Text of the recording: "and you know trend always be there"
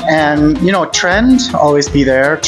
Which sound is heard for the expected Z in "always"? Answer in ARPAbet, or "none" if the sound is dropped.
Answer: Z